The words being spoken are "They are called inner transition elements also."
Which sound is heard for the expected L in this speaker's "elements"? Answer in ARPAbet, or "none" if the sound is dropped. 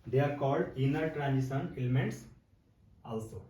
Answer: L